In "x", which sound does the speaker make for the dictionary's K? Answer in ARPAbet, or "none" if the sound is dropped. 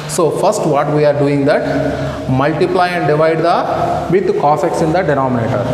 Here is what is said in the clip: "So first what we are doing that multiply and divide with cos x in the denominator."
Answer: K